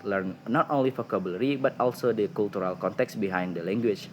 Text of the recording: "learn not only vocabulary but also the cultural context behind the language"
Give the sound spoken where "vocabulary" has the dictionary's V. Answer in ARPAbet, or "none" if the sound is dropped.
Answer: F